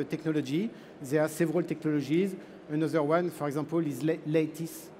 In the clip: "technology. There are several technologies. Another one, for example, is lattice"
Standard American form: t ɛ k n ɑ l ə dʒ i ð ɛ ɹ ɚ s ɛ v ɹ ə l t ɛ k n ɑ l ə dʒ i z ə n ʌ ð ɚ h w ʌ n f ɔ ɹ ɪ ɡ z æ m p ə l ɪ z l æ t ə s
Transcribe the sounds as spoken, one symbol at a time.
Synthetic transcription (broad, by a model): t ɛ k n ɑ l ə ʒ i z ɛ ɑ s ɛ v ɹ ə l t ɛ k n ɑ l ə ʒ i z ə n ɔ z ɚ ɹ w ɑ n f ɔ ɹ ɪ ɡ z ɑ p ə l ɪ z l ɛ t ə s